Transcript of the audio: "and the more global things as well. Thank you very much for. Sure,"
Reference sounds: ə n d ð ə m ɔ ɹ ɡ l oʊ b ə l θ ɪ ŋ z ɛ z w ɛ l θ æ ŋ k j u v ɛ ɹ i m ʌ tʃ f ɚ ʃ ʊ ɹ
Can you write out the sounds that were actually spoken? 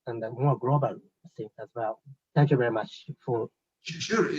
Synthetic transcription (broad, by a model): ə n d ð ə m ɔ ɹ ɡ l oʊ b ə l s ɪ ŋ ɛ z w ɛ l θ æ ŋ k j u v ɛ ɹ i m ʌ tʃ f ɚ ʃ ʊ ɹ